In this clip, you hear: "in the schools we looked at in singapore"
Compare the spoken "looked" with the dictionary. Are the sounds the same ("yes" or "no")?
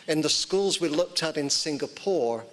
yes